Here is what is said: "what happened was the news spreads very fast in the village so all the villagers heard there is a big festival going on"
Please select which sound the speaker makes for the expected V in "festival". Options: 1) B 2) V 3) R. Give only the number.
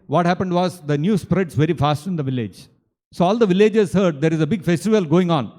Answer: 2